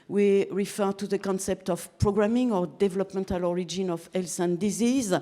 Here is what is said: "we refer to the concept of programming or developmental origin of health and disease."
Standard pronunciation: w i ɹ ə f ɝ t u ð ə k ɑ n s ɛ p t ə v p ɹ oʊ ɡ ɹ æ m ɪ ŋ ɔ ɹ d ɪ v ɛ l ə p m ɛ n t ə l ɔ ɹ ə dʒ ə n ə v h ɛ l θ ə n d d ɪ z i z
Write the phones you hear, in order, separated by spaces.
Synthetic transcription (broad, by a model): w i ɹ ə f ɝ t u ð ə k ɑ n s ɛ p t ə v p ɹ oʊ ɡ ɹ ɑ m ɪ ŋ ɔ ɹ d ɪ v ɛ l ə p m ɛ n t ə l ɔ ɹ ə dʒ ə n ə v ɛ l s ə n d d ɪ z i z